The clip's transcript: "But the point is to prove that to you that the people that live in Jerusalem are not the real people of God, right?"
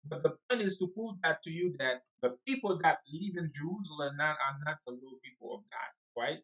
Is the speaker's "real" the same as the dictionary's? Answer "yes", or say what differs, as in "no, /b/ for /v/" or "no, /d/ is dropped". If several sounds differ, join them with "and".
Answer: no, /l/ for /ɹ/